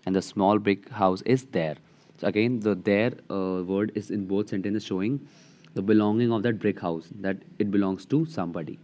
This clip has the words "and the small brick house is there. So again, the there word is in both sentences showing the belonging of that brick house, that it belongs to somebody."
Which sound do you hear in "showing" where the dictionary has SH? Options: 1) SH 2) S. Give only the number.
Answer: 1